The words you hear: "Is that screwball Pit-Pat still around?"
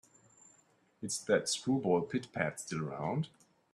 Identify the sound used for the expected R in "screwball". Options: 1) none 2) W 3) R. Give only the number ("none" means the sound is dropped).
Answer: 1